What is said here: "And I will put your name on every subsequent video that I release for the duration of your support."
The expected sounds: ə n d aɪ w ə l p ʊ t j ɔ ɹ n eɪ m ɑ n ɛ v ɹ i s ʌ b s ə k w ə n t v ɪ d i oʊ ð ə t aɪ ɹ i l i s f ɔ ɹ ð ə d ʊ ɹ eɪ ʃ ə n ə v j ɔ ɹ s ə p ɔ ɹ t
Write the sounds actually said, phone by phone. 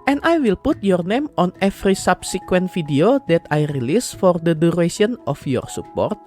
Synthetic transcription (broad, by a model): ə n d aɪ w ə l p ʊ t j ɔ ɹ n eɪ m ɑ n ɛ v ɹ i s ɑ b s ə k w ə n t f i d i oʊ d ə t aɪ ɹ i l i s f ɔ ɹ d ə d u ɹ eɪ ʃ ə n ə f j ɔ ɹ s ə p ɔ ɹ t